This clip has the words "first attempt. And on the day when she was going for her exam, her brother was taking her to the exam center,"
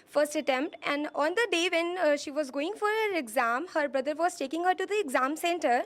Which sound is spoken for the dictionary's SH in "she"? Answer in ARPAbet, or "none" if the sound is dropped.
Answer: SH